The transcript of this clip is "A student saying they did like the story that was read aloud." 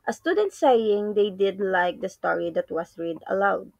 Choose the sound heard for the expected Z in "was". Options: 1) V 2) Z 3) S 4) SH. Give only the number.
3